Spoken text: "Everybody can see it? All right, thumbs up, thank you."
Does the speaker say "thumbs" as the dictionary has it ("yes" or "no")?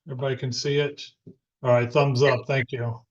yes